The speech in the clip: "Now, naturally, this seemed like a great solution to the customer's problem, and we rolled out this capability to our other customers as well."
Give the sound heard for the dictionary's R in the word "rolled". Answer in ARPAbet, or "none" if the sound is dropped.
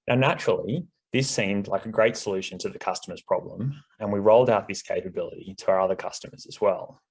R